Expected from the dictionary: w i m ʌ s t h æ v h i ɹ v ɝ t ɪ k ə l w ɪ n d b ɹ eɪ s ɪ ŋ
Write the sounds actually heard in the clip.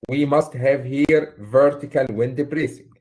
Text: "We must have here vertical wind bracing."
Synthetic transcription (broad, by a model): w i m ʌ s t h æ v h i ɹ v ɝ t ɪ k ə l w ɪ n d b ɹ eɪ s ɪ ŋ